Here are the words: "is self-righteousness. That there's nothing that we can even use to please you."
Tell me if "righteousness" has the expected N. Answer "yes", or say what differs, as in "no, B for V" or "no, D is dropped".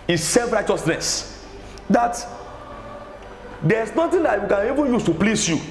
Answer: yes